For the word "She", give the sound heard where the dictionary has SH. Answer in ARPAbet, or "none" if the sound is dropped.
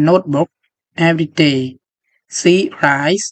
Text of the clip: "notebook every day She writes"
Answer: S